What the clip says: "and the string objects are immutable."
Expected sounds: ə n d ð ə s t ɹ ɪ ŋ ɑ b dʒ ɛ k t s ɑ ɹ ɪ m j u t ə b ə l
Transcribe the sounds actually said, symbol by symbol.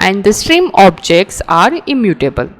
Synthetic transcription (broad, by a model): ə n d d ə s t ɹ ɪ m ɑ b dʒ ɛ k t s ɑ ɹ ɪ m j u t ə b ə l